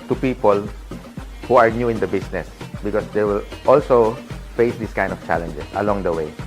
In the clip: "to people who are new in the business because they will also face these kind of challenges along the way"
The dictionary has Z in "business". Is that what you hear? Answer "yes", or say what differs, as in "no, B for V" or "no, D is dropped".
no, S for Z